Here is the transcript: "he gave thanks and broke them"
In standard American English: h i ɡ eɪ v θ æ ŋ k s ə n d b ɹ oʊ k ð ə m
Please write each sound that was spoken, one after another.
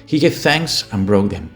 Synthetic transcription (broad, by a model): h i ɡ eɪ v θ æ ŋ k s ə n b ɹ oʊ k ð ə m